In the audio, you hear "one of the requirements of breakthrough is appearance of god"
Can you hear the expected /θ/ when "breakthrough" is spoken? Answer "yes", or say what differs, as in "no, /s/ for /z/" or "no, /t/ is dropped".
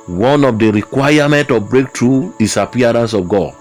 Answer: no, /t/ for /θ/